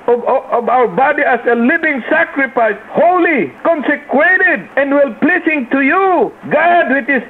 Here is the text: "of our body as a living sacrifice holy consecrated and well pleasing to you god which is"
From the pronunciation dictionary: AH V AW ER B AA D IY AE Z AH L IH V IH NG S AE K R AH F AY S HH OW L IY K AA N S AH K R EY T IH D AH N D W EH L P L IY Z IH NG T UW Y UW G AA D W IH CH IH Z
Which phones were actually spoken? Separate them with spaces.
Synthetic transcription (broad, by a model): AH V AW ER B AA D IY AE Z AH L IH V IH NG S AE K R AH F AY S HH OW L IY K AA N S AH K R EY T IH D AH N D W EH L P L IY S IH NG T UW Y UW G AA D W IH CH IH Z